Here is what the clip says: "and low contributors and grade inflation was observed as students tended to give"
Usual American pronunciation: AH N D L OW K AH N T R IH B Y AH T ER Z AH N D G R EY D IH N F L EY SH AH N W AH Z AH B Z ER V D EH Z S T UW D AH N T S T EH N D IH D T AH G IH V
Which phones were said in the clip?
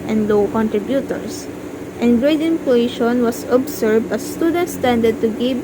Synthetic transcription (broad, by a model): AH N D L OW K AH N T R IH B Y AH T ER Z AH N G R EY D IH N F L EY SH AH N W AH S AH B S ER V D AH S T UW D AH N T S T EH N D IH D T AH G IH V